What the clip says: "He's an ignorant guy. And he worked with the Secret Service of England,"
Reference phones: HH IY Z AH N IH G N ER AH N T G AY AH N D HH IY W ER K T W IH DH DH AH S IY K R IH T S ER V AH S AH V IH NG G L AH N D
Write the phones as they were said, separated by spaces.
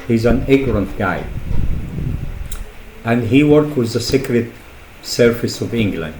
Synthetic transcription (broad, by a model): HH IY Z AH N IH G N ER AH N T G AY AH N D HH IY W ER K W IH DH DH AH S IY K R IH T S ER F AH S AH V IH NG G L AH N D